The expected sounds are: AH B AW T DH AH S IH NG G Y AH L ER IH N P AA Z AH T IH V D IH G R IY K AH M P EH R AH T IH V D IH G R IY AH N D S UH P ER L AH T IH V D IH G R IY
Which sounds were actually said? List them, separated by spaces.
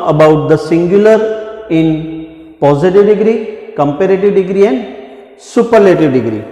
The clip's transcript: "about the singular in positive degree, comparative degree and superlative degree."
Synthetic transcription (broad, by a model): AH B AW T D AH S IH NG G Y AH L ER IH N P AA Z AH T IH V D IH G R IY K AH M P EH R AH T IH V D IH G R IY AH N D S UH P ER L AH T IH V D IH G R IY